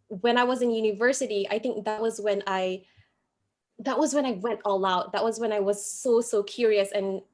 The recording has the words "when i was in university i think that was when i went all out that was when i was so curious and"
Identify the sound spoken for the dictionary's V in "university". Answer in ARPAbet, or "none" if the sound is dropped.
V